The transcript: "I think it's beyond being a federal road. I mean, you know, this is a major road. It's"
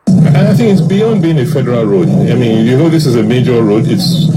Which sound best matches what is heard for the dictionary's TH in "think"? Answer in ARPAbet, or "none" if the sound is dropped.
TH